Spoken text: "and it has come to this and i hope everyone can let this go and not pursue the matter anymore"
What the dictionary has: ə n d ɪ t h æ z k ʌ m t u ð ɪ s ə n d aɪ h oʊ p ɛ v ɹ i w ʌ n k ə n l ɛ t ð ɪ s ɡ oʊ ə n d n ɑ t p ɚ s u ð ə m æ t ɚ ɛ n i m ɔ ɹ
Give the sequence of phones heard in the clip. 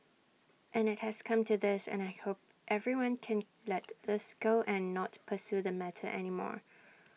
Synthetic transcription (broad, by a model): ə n ɪ t h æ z k ʌ m t u ð ɪ s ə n aɪ h oʊ p ɛ v ɹ i w ʌ n k ə n l ɛ t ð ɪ s ɡ oʊ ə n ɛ n ɑ t p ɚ s u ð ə m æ t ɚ ɛ n i m ɔ ɹ